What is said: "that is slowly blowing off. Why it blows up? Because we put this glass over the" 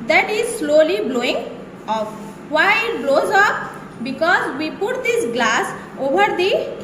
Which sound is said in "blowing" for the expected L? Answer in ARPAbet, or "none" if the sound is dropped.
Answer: L